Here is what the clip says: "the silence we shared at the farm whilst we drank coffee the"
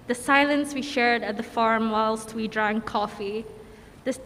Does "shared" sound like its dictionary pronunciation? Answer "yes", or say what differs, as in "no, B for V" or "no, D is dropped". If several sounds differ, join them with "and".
yes